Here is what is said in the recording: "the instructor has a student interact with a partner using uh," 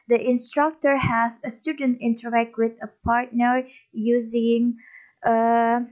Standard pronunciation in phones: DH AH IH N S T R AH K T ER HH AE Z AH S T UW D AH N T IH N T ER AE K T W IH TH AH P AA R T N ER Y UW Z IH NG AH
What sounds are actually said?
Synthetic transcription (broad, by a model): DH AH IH N S T R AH K T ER HH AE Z AH S T UW D AH N T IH N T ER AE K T W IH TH AH P AA R T N ER Y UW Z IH NG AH